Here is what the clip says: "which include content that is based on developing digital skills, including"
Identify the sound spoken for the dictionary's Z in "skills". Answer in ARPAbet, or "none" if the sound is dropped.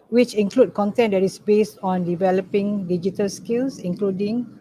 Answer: S